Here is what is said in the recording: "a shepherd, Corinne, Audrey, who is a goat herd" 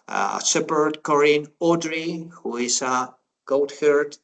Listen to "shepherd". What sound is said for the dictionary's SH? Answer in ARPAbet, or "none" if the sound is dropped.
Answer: S